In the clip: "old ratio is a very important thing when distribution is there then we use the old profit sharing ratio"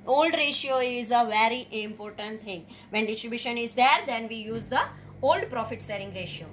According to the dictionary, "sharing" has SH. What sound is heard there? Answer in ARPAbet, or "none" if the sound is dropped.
S